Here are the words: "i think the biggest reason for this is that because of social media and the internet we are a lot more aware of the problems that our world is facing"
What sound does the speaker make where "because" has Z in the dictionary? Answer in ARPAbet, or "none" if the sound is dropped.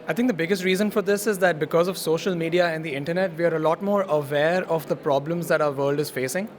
Z